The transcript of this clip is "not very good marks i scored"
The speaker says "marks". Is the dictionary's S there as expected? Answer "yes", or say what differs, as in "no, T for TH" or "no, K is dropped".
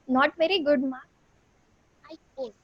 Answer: no, S is dropped